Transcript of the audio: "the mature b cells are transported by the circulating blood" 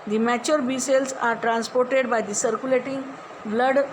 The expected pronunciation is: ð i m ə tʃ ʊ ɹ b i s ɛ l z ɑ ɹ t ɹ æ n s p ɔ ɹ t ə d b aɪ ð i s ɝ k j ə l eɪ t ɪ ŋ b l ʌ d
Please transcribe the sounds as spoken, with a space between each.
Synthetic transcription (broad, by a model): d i m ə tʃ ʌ ɹ b i s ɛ l s ɑ ɹ t ɹ æ n s p ɔ ɹ t ə d b aɪ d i s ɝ k j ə l eɪ t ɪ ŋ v l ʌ d